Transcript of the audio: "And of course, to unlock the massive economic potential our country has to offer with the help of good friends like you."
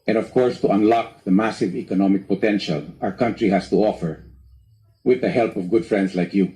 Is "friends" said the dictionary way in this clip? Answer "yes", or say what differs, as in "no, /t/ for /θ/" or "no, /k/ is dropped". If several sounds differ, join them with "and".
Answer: no, /s/ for /z/